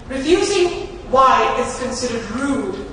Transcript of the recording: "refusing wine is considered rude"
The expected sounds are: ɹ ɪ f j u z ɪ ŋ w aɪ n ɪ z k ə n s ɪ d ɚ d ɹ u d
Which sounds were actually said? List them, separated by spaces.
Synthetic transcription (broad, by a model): ɹ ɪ f j u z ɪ ŋ w aɪ ɪ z k ə n s ɪ d ɚ d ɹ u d